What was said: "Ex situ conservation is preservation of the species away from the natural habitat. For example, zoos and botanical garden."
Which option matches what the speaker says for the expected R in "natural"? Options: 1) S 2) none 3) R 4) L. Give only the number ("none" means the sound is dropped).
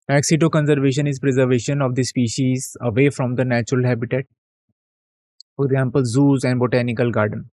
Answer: 3